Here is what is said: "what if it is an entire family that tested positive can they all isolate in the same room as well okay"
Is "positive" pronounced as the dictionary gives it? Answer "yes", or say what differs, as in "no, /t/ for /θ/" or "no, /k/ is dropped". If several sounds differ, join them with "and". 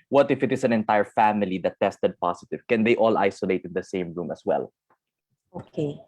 no, /s/ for /z/